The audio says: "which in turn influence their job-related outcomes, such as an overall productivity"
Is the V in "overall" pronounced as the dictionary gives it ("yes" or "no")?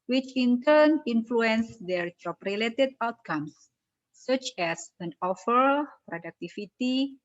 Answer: no